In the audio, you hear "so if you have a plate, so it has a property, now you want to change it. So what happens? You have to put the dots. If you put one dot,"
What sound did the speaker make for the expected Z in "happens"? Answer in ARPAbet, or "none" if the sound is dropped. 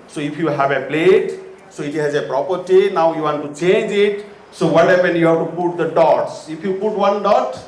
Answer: none